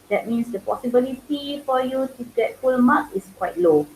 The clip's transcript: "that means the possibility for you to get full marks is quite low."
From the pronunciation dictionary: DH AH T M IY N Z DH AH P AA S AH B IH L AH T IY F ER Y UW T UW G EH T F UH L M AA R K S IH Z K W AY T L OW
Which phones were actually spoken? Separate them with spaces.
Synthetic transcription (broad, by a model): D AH T M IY N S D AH P AA S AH B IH L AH T IY F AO Y UW T UW G EH T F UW L M AA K IH S K W AY T L OW